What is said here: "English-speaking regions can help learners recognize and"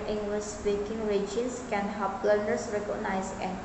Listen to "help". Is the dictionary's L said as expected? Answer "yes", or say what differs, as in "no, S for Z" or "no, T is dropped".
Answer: no, L is dropped